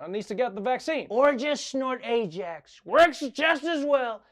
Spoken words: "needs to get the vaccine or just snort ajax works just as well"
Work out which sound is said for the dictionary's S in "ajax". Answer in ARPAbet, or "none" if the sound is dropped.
S